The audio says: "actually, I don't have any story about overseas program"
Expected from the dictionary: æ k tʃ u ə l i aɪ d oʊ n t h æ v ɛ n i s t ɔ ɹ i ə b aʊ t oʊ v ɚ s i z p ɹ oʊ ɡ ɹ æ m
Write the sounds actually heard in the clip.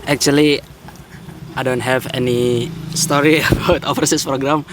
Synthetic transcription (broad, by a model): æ k tʃ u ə l i aɪ d oʊ n t h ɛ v ɛ n i s t ɔ ɹ i ə b aʊ t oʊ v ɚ s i s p ɹ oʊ ɡ ɹ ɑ m